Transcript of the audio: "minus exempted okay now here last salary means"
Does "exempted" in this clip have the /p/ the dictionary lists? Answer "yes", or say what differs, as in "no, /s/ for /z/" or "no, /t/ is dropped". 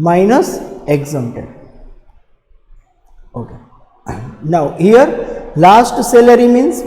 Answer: no, /p/ is dropped